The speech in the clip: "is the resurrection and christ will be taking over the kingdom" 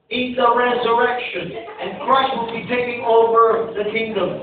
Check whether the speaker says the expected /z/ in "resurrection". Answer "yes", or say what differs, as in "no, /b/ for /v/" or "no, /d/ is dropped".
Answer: yes